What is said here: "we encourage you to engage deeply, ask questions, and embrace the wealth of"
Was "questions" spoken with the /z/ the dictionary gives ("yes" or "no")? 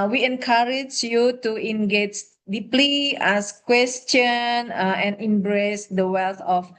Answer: no